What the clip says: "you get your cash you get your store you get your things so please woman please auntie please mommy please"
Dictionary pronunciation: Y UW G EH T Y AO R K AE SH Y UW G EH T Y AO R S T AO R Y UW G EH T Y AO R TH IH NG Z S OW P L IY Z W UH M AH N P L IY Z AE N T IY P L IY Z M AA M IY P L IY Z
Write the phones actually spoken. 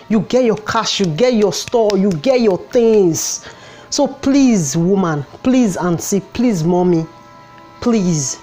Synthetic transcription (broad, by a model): Y UW G EH T Y AO K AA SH Y UW G EH T Y AO S T AO Y UW G EH T Y AO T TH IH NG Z S OW P L IY Z W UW M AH N P L IY Z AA N S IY P L IY Z M AA M IY P L IY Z